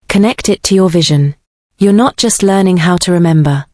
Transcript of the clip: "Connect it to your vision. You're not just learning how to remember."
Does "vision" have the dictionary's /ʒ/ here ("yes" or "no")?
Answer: yes